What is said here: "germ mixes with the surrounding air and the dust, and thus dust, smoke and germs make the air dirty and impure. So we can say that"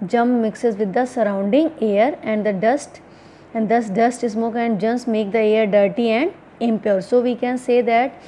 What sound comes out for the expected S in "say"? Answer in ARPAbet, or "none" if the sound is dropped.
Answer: S